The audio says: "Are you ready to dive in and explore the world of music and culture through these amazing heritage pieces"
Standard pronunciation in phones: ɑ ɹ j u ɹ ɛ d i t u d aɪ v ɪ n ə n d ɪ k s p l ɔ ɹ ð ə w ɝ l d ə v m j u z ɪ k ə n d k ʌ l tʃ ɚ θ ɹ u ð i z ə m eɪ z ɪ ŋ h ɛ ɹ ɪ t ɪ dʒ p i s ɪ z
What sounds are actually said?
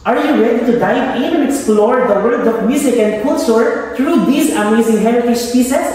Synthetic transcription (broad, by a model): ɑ ɹ j u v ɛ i t u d aɪ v ɪ n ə ɪ k s p l ɔ ɹ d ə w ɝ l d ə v m j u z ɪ k ə n d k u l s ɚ t ɹ u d i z ə m eɪ z ɪ ŋ h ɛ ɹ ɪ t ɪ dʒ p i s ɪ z